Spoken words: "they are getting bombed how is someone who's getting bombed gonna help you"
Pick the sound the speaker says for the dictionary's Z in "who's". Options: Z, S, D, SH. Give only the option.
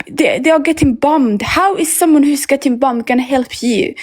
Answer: S